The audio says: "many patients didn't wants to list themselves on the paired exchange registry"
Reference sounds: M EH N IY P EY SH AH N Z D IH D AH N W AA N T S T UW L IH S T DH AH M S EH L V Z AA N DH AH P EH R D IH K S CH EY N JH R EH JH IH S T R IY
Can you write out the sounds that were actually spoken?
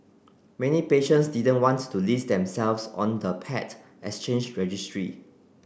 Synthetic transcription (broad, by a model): M EH N IY P EY SH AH N S D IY D AH N W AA N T T UW L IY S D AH M S EH L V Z AA N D AH P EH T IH S CH EY N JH R EH JH IH S T R IY